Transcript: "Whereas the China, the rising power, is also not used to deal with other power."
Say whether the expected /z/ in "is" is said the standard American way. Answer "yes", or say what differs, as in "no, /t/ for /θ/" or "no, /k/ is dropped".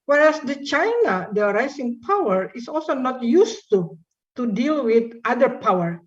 no, /s/ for /z/